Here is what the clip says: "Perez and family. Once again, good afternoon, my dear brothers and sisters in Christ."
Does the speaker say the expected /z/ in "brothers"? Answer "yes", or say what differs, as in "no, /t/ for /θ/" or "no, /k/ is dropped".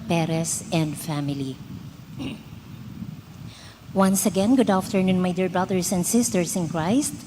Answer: no, /s/ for /z/